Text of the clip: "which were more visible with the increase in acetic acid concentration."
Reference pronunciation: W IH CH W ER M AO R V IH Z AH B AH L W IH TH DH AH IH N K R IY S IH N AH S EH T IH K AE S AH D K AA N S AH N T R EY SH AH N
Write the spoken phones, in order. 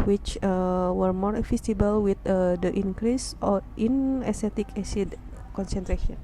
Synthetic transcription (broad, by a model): W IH CH W ER M AO R F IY S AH B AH L W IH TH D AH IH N K R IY S IH N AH S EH T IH K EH S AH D K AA N S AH N T R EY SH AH N